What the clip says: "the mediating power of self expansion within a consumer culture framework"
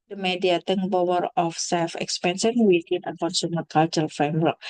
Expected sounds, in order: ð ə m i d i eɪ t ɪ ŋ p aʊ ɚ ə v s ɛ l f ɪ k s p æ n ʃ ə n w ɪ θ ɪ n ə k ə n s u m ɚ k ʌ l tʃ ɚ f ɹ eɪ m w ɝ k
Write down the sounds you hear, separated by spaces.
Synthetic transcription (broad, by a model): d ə m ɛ d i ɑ t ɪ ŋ b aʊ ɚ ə f s ɛ l f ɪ k s p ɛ n s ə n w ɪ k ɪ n ə k ə n s u m ɚ k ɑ l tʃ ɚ f ɹ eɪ m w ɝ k